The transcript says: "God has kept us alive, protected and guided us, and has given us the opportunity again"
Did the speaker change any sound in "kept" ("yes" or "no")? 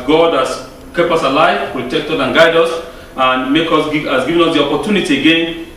yes